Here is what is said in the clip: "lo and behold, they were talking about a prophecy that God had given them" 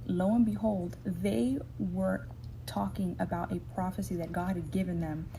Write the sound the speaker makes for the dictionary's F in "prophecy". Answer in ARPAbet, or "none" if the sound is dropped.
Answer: F